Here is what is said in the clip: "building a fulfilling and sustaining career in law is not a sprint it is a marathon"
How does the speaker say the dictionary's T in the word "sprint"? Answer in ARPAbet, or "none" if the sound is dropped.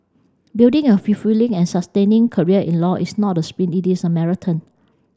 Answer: none